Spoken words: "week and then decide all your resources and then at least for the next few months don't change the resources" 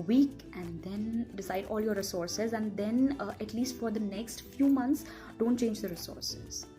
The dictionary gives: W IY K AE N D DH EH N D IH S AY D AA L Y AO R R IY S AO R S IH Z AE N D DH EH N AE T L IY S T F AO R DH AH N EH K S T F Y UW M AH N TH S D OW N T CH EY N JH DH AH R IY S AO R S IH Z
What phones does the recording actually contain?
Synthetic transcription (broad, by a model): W IY K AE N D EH N D IH S AY D AA L Y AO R R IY S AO R S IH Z AE N D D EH N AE T L IY S T F AO R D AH N EH K S T F Y UW M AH N T S D OW N T CH EY N JH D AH R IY S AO R S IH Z